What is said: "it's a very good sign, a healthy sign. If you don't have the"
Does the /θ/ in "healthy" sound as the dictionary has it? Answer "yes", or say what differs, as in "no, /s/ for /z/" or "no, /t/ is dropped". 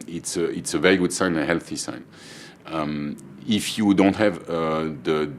yes